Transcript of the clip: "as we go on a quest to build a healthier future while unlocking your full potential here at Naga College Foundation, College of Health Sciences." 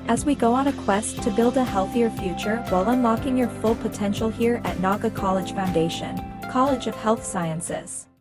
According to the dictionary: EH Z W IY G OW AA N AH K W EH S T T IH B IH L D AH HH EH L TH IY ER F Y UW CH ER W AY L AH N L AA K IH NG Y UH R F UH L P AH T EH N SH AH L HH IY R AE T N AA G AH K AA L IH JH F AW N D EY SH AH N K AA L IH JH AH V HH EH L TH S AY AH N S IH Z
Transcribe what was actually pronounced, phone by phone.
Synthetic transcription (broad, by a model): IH Z W IY G OW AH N AH K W EH S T T IH B IH L D AH HH EH L TH IY ER F Y UW CH ER W AY L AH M L AA K IH NG Y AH R F UH L P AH T EH N SH L HH IY R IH T N AA G AH K AA L IH JH F AW N D EY SH AH N K AA L IH JH AH V HH EH L TH S AY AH N S IH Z